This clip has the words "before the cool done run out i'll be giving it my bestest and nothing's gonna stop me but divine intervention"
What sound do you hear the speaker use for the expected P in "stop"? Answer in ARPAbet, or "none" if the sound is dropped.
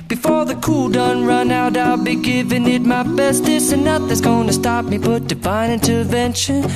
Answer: P